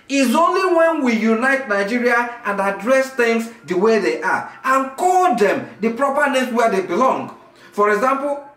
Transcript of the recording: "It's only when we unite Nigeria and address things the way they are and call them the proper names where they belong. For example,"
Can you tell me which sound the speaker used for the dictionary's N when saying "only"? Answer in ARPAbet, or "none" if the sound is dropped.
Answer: N